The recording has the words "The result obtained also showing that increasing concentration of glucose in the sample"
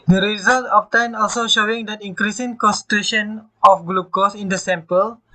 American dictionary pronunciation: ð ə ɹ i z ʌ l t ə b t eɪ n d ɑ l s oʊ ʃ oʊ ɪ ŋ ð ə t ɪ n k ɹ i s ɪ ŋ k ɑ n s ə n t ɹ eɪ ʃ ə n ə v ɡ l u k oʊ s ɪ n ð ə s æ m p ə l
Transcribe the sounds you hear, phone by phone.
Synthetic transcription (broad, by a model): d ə ɹ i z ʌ l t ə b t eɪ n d ɑ l s oʊ ʃ oʊ ɪ ŋ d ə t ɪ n k ɹ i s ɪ ŋ k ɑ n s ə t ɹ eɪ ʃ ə n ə f ɡ l u k oʊ s ɪ n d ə s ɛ m p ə l